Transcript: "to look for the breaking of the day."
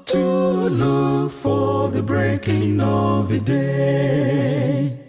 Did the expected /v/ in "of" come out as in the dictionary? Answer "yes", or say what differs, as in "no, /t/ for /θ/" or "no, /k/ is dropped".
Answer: yes